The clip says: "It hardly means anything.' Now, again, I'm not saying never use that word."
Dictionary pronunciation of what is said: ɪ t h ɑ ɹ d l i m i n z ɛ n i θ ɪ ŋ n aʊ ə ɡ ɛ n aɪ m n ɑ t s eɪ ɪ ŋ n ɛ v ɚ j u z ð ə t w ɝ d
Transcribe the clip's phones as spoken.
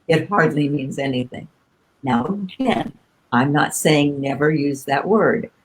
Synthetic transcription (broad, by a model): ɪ t h ɑ ɹ d l i m i n z ɛ n i θ ɪ ŋ n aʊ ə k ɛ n aɪ m n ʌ t s eɪ ɪ ŋ n ɛ v ɚ j u z ð ə t w ɝ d